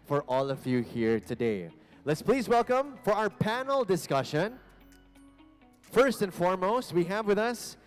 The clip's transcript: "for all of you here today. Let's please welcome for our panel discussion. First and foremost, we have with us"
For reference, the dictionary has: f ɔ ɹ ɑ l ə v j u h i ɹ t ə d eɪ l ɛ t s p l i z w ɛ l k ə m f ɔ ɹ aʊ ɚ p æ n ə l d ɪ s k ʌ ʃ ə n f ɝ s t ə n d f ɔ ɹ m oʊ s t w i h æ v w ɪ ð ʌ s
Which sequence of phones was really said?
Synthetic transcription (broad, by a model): f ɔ ɹ ɑ l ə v j u h i ɹ t ə d eɪ l ɛ t s p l i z w ɛ l k ə m f ɔ ɹ aʊ ɚ p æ n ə l d ɪ s k ʌ ʃ ə n f ɝ s t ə n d f ɔ ɹ m oʊ s t w i h æ v w ɪ ð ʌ s